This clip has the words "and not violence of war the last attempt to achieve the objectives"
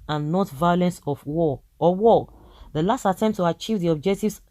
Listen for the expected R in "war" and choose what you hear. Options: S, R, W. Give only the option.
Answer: W